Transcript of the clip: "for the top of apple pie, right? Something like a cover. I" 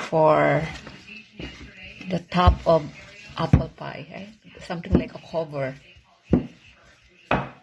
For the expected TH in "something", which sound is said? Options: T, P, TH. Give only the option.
T